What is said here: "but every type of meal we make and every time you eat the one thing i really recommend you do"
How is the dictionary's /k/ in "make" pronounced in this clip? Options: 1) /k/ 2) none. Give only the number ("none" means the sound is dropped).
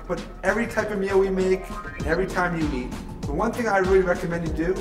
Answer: 2